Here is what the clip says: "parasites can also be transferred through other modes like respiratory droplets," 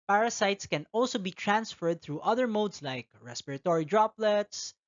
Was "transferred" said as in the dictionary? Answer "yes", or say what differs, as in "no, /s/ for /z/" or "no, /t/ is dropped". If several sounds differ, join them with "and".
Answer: yes